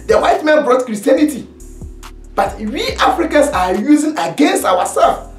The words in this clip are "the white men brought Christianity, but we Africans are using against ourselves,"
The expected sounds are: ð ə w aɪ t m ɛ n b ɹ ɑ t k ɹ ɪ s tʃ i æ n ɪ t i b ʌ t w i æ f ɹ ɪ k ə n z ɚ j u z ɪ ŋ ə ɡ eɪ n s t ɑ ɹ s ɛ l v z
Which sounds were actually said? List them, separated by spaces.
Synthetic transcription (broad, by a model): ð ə w aɪ t m ɛ n b ɹ ɑ t k ɹ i s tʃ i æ n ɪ t i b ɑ t w i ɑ f ɹ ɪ k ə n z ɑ j u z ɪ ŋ ə ɡ eɪ n s t ɑ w s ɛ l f